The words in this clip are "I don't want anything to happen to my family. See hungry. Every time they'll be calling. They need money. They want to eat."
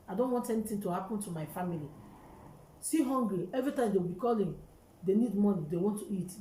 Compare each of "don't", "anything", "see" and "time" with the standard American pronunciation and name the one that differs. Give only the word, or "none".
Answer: anything